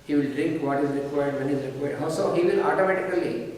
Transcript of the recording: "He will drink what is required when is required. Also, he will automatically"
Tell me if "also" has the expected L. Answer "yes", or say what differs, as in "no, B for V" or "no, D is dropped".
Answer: no, L is dropped